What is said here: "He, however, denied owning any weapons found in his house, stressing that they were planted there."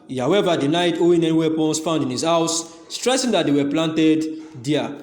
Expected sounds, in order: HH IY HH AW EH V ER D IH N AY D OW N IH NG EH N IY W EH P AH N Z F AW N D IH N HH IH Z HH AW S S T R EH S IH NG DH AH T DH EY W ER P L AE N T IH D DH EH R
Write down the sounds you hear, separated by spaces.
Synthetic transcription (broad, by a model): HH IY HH AW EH V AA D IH N AY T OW IH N EH N IY W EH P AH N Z F AW N D IH N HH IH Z HH AW S S T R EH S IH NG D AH T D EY W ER P L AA N T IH D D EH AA